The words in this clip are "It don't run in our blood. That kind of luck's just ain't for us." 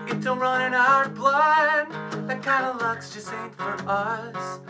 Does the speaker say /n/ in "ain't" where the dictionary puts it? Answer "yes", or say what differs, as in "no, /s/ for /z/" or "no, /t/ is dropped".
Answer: no, /n/ is dropped